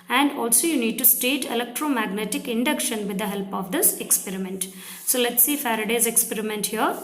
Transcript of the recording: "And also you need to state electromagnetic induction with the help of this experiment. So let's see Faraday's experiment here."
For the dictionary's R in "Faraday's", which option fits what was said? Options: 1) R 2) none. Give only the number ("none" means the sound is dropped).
1